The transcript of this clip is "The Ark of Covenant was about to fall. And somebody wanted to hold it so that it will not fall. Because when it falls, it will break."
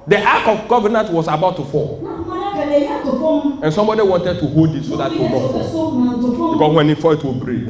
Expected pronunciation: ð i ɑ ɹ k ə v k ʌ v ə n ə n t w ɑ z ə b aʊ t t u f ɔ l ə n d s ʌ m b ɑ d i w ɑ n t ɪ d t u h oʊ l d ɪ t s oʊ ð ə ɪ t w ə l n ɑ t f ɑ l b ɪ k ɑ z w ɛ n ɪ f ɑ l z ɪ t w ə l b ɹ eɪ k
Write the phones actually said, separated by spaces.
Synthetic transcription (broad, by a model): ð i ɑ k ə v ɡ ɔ v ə n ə n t w ɑ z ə b aʊ t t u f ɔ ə n s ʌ m b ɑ d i w ɑ n t ɪ d t u h oʊ l d ɪ t s oʊ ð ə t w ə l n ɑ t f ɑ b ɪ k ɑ s w ɛ n ɪ f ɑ ɪ t w ə l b ɹ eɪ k